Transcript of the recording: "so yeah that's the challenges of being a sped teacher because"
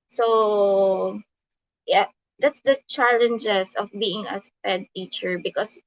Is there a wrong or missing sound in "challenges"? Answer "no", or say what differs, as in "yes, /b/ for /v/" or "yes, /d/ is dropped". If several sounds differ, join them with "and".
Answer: yes, /s/ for /z/